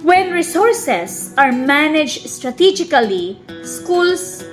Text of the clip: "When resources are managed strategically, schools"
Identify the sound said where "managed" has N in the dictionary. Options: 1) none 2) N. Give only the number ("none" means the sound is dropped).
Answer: 2